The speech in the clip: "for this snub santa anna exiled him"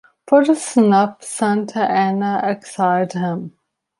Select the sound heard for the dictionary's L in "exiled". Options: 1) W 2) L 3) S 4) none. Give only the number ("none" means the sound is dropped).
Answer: 4